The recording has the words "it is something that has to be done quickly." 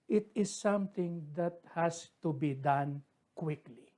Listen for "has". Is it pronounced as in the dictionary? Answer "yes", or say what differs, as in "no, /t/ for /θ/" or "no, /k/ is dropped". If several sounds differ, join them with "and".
no, /s/ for /z/